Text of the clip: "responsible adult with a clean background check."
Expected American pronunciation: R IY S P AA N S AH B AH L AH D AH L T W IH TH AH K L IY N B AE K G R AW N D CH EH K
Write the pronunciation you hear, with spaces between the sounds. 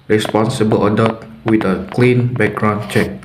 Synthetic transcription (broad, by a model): R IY S P AA N S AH B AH L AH D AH T W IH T AH K L IY N B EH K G R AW N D CH EH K